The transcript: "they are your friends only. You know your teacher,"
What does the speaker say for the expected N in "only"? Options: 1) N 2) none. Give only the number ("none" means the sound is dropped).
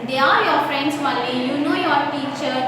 2